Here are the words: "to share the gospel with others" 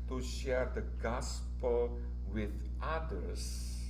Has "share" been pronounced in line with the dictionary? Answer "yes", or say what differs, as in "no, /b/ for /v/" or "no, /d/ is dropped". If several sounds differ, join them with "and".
yes